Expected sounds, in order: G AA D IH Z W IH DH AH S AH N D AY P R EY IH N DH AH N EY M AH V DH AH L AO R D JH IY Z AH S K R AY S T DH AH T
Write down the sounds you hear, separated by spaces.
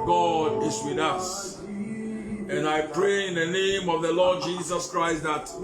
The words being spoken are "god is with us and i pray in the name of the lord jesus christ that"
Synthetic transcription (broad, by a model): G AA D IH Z W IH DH AH S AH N AY P R EY IH N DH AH N EY M AH V DH AH L AO D JH IY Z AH S K R AY S T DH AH T